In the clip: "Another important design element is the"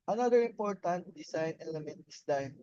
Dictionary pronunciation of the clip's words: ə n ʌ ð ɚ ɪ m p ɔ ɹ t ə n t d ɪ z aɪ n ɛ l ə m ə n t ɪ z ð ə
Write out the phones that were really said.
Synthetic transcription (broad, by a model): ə n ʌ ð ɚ ɪ m p ɔ ɹ t ə n t d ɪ s aɪ n ɛ l ə m ə n t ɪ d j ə